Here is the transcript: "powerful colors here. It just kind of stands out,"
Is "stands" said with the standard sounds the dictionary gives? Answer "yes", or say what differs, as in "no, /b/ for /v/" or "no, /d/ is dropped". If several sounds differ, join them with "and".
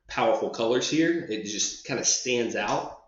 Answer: yes